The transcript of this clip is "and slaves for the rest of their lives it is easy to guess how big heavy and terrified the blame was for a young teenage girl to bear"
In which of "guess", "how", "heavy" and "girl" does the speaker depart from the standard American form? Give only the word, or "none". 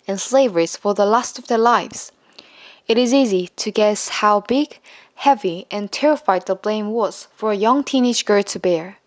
none